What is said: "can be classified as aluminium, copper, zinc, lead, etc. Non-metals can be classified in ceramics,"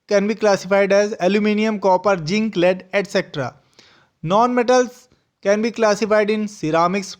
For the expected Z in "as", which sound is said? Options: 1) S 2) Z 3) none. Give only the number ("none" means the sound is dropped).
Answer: 2